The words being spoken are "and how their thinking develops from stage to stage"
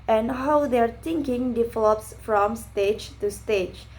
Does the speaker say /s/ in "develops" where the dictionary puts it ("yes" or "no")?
yes